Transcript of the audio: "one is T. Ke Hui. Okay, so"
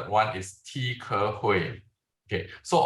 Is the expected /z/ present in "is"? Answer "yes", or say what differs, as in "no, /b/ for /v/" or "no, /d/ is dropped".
no, /s/ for /z/